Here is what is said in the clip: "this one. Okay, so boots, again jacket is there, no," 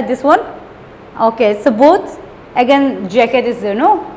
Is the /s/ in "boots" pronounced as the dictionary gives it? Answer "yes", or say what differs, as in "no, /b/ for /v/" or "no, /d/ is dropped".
no, /s/ is dropped